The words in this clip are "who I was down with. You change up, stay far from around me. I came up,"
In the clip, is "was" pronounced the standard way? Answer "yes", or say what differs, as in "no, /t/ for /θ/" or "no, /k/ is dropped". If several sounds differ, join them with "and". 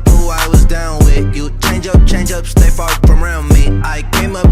yes